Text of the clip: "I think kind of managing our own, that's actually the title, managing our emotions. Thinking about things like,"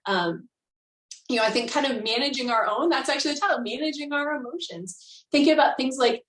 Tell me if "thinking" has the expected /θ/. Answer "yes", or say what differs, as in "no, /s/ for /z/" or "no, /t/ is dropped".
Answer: yes